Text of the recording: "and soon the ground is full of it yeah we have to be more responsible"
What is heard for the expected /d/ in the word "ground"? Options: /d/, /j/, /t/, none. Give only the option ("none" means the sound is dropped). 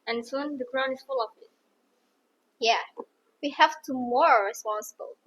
none